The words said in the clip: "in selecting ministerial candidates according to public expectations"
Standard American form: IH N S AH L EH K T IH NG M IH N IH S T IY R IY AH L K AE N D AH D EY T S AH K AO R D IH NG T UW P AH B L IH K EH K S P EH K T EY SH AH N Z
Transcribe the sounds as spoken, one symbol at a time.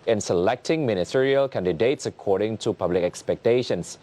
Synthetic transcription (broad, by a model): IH N S AH L EH K T IH NG M IH N IH S T IY R IY AH L K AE N D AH D EY T S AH K AO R D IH NG T UW P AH B L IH K EH K S P EH K T EY SH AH N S